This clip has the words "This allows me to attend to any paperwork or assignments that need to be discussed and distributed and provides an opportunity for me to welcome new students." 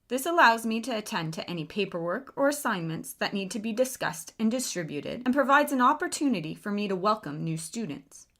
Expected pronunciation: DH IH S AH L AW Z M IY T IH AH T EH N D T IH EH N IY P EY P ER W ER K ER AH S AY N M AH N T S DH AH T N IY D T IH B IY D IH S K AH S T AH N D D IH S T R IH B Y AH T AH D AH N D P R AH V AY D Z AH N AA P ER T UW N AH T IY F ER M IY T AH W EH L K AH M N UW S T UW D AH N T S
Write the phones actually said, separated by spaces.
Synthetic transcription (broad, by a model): DH IH S AH L AW Z M IY T IH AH T EH N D T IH EH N IY P EY P ER W ER K ER AH S AY N M AH N T S DH AH T N IY D T IH B IY D IH S K AH S T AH N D D IH S T R IH B Y AH T AH D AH N P R AH V AY D Z AH N AA P ER T UW N AH T IY F ER M IY T AH W EH L K AH M N UW S T UW D N T S